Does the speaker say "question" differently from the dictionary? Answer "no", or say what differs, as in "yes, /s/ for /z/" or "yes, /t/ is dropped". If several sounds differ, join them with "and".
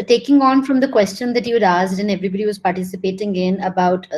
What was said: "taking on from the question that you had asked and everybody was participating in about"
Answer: no